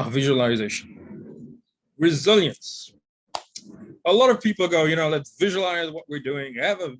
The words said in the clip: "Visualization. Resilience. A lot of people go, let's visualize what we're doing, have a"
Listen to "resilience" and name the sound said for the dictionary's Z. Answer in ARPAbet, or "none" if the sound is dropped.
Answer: Z